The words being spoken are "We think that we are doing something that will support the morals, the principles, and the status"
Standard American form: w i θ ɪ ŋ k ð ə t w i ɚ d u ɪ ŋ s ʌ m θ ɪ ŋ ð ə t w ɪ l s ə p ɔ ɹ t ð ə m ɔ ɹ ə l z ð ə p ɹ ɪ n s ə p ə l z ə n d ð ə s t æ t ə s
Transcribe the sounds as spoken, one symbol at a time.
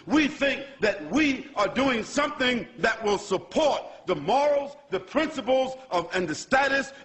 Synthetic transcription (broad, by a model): w i θ ɪ ŋ k ð ə t w i ɚ d u ɪ ŋ s ʌ m θ ɪ ŋ ð ə t w ɪ l s ə p ɔ ɹ t ð ə m ɔ ɹ l z ð ə p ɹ ɪ n s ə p l z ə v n ð ə s t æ t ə s